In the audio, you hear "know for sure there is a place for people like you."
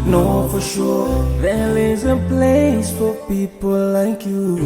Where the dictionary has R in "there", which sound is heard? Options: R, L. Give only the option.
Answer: L